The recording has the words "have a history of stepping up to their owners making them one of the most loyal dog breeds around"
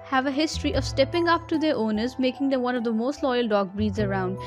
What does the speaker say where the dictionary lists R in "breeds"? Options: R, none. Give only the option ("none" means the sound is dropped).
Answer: R